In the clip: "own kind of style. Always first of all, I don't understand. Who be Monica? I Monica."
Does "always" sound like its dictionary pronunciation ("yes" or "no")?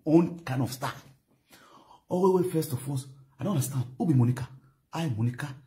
no